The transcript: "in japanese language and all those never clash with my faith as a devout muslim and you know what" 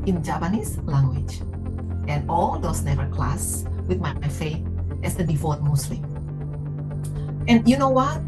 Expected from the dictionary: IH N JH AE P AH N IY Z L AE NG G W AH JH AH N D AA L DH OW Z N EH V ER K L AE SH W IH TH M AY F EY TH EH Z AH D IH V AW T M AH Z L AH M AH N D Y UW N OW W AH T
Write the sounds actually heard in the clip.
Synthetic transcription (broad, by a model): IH N JH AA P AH N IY S L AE NG G W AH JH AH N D AA L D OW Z N EH V ER K L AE S W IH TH M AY F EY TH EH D AH D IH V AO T M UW S L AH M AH N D Y UW N OW W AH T